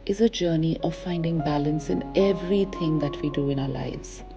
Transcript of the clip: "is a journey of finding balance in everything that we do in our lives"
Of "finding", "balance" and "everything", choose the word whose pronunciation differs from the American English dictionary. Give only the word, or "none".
everything